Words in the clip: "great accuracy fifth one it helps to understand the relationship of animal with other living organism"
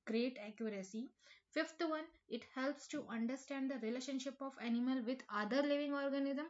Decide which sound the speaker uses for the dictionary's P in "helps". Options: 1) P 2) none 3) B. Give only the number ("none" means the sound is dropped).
1